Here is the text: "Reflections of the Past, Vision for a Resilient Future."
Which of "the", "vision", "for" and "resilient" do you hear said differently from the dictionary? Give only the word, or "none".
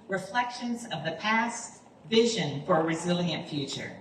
none